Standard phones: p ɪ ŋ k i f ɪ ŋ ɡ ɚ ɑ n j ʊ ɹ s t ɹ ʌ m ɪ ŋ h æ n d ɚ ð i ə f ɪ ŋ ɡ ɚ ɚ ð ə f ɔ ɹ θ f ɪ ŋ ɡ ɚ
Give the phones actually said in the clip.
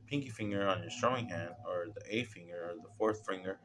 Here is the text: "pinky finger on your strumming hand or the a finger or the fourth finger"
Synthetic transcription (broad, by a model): p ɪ ŋ k i f ɪ ŋ ɡ ɚ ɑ n j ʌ ɹ s t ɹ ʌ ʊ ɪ ŋ h æ n d ɚ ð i ə f ɪ ŋ ɡ ɚ ɚ ð ə f ɔ ɹ θ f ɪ ŋ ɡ ɚ